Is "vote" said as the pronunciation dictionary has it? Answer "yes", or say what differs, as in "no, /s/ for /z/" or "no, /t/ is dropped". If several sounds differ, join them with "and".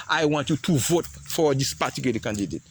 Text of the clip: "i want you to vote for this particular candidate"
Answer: yes